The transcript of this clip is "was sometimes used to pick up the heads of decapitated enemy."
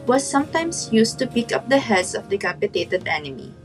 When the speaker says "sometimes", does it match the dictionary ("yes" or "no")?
no